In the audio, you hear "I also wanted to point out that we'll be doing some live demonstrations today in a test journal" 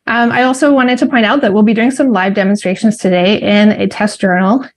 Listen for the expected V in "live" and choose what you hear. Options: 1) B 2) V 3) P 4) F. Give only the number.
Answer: 2